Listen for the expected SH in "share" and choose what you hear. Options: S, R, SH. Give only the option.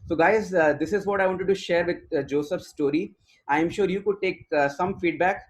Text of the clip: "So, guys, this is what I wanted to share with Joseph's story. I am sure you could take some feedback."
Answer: SH